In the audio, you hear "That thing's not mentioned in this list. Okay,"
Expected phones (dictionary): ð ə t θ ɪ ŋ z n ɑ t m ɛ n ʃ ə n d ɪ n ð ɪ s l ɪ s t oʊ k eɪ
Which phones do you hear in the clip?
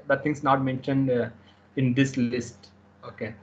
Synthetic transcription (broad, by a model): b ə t t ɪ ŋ s n ɑ t m ɛ n ʃ ə n d ɪ n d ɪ s l ɪ s t oʊ k eɪ